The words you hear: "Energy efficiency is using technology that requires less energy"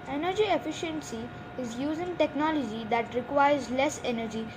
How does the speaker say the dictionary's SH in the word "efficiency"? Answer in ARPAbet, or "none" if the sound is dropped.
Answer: SH